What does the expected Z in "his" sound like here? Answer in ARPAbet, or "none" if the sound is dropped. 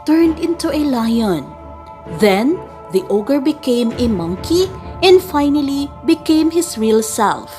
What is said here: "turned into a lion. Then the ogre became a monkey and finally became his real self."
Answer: S